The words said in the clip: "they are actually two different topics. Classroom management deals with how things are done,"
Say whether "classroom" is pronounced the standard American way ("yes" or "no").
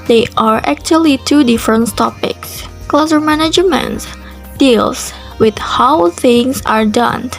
no